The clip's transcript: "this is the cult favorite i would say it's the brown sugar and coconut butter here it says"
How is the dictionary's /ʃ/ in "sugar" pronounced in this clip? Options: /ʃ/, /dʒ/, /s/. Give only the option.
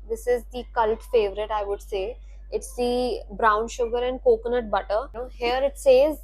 /ʃ/